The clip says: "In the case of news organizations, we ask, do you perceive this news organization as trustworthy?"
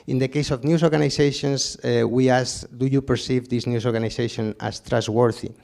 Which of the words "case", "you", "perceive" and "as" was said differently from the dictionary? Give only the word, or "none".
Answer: as